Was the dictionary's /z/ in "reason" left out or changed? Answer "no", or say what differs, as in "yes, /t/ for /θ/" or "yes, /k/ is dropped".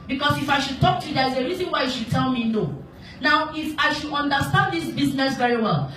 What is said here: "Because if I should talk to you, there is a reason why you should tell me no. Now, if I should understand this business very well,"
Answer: no